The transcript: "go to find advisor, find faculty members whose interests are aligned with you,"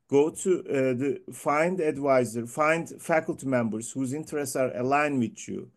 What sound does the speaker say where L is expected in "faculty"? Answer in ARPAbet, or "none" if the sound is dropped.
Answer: L